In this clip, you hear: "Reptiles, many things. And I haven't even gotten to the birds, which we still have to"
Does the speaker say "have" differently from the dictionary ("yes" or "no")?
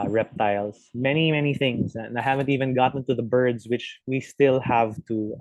no